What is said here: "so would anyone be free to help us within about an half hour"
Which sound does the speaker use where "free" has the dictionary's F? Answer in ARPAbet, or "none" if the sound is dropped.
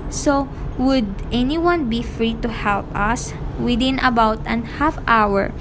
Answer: F